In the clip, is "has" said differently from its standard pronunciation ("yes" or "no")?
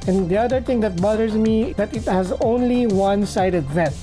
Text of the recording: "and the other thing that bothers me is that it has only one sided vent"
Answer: no